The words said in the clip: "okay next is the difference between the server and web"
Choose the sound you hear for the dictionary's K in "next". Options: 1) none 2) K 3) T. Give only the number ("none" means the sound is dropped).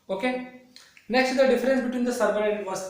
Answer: 2